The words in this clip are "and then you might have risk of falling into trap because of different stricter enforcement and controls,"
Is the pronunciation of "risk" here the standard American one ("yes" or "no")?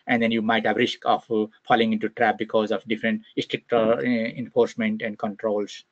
yes